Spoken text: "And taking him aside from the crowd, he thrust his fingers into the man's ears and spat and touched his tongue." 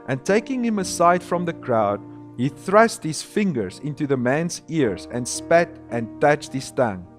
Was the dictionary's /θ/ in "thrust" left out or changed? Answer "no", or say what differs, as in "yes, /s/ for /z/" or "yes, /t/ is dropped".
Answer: no